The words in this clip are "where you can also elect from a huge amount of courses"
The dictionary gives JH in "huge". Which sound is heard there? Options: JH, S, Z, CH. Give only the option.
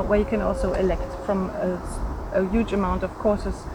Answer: JH